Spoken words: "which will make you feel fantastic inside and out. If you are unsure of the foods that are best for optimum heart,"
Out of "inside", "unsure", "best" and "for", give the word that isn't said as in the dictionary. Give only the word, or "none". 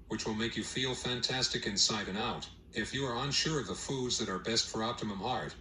none